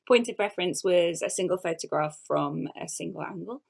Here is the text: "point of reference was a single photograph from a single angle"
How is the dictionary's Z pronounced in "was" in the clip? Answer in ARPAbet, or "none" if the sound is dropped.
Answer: Z